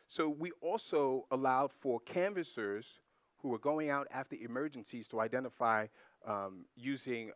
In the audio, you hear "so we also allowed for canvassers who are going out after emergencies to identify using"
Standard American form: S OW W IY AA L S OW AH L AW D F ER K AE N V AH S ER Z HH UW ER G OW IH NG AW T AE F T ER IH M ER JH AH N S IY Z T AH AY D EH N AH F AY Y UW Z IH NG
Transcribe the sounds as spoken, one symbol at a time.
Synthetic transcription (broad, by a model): S OW W IY AA L S OW AH L AW D F ER K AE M V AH S ER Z HH UW ER G OW IH NG AW T AE F T ER IH M ER JH AH N S IY Z T AH AY D EH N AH F AY Y UW Z IH NG